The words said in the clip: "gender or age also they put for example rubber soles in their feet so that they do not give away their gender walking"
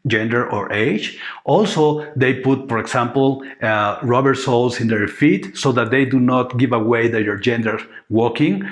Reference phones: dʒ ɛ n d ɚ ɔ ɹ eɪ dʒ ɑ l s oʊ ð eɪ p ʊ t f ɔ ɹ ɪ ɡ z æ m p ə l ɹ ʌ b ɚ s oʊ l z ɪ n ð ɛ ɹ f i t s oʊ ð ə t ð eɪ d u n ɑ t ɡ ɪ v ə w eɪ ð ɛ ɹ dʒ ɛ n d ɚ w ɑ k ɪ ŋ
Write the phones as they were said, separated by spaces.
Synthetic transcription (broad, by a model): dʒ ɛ n d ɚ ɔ ɹ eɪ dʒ ɑ l s oʊ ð eɪ p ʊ t f ɔ ɹ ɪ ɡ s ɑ m p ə l ɹ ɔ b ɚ s oʊ l s ɪ n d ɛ ɹ f i t s oʊ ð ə t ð eɪ d u n ɑ t ɡ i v ə w eɪ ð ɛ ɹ dʒ ɛ n d ɚ w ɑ k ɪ ŋ